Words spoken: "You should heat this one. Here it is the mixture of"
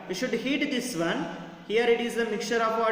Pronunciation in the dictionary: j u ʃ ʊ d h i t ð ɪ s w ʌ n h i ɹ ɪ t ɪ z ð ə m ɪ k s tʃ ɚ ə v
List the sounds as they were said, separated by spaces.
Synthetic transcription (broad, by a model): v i ʃ ʊ d h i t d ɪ s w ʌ n h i ɹ ɪ t ɪ z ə m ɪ k tʃ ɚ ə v